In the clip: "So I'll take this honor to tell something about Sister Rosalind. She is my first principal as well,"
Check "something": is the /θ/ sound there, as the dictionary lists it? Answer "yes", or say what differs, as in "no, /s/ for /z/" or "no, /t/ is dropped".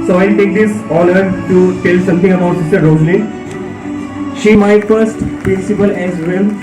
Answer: no, /t/ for /θ/